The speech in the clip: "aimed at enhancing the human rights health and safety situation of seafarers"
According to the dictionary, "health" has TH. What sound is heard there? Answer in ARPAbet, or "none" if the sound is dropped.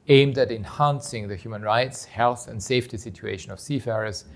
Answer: TH